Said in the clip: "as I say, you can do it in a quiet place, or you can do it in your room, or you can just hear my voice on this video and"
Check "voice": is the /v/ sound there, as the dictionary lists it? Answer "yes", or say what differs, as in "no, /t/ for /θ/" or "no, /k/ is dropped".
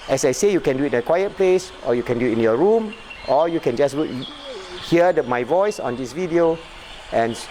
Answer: yes